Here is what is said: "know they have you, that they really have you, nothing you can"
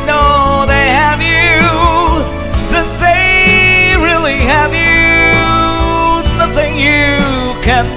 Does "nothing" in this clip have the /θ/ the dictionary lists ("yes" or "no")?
yes